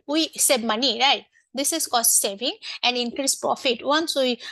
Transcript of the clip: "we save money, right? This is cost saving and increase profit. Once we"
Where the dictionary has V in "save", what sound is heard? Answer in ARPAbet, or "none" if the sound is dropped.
B